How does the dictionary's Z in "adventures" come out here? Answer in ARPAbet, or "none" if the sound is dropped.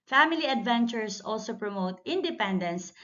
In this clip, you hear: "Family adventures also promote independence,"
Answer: S